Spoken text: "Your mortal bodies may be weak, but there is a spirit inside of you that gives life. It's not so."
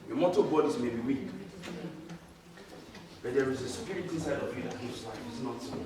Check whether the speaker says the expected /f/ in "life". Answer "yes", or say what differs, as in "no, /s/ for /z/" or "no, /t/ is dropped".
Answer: no, /f/ is dropped